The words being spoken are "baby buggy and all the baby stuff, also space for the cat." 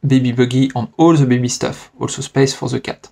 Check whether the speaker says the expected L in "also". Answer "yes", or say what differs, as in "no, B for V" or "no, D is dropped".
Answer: yes